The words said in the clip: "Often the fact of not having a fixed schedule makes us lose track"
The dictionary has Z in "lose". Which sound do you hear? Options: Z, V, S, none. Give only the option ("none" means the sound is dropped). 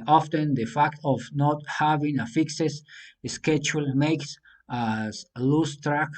S